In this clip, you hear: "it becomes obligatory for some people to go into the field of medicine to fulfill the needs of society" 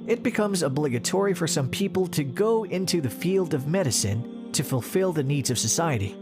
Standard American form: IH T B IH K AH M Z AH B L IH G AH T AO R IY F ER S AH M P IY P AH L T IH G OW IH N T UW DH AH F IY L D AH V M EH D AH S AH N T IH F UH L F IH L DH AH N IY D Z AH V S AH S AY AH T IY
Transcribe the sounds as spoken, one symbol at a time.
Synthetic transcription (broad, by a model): IH T B IH K AH M Z AH B L IH G AH T AO R IY F ER S AH M P IY P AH L T IH G OW IH N T UW DH AH F IY L D AH V M EH D AH S AH N T IH F UH L F IH L DH AH N IY D Z AH V S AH S AY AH T IY